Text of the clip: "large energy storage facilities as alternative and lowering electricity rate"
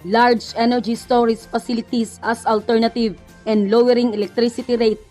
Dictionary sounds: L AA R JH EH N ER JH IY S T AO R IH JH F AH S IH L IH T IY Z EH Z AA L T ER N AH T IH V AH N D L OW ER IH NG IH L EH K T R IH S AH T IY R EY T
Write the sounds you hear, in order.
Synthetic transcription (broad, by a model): L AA R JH EH N ER JH IY S T AO R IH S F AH S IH L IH T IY S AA S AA L T ER N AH T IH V AH N D L OW ER IH NG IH L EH K T R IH S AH T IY R EY T